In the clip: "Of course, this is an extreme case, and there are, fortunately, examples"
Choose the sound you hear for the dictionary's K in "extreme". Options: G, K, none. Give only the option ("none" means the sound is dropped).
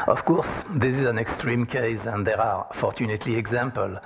K